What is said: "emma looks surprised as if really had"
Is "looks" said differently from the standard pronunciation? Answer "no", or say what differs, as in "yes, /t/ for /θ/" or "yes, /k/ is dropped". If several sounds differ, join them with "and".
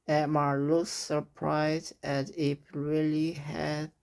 yes, /k/ is dropped